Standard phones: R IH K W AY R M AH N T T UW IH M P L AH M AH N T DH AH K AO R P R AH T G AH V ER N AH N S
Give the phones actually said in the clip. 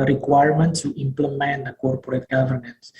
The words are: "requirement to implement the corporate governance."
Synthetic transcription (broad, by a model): R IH K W AY R M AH N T S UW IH M P L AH M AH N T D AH K AO R P R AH T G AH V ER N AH N S